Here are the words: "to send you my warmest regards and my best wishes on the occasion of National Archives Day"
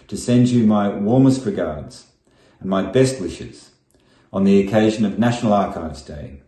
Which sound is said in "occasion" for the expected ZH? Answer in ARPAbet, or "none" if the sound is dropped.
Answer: ZH